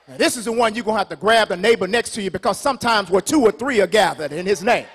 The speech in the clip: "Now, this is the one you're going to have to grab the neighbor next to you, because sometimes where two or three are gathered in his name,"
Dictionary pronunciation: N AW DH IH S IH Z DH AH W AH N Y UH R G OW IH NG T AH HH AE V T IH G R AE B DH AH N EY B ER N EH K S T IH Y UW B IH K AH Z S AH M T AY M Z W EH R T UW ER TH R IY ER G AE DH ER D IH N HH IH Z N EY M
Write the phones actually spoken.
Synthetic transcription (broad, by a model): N DH IH S IH Z DH AH W AH N Y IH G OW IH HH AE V T IH G R AE B DH AH N EY B ER N EH K S T IH Y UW B IH K AH Z S AH M T AY M Z W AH R T UW ER TH R IY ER G AE DH ER D IH N IH Z N EY M